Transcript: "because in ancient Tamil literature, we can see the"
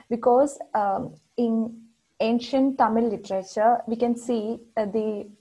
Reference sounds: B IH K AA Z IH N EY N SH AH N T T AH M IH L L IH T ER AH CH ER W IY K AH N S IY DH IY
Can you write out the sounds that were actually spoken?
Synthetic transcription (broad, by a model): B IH K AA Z IH N EY N SH AH N T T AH M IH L L IH T ER AH CH ER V IY K AH N S IY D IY